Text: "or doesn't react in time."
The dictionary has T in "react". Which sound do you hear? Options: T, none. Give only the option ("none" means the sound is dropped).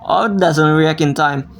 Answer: none